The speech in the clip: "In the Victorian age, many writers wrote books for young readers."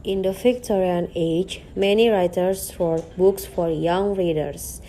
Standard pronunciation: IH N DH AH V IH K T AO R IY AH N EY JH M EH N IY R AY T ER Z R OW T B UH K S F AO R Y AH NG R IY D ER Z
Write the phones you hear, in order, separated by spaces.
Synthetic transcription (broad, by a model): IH N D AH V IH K T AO R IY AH N EY JH M EH N IY R AY T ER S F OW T B UH K S F AO R Y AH NG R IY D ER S